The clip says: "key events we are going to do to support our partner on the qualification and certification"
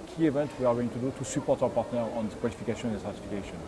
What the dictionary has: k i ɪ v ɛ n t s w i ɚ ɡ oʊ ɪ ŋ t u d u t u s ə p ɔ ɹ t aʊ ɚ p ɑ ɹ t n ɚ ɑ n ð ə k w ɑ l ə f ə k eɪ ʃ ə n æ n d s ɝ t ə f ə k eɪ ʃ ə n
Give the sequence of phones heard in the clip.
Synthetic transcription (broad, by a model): k i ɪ v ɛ n t w i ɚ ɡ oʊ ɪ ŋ t u d u t u s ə p ɔ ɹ t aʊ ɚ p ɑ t n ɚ ɑ n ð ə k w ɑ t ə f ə k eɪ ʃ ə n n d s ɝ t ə f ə k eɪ ʃ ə n